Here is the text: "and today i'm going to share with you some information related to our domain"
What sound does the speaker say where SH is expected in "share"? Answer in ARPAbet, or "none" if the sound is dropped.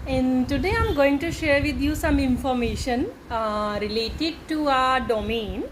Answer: SH